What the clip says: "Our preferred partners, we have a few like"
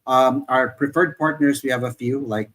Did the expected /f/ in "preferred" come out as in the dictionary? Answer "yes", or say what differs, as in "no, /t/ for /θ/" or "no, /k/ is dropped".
yes